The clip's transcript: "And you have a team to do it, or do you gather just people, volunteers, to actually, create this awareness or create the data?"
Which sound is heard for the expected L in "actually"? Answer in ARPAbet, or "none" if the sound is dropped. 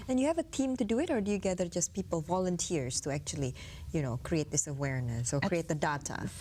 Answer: N